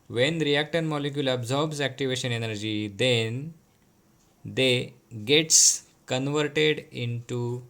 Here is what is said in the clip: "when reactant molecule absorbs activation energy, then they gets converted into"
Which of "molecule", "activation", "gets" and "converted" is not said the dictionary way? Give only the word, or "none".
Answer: none